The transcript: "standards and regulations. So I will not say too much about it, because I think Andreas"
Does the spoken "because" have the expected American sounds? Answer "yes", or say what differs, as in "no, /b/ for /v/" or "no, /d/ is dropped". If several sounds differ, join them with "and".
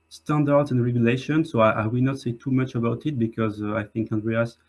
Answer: yes